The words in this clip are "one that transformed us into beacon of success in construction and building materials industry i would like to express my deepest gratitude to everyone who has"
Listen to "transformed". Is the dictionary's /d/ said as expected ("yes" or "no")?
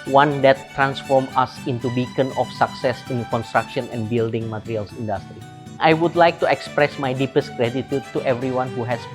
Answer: no